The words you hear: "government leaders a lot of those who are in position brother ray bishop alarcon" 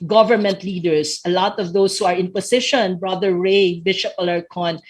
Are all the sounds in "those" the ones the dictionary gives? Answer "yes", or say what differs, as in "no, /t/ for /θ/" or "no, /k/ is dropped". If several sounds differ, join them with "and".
no, /s/ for /z/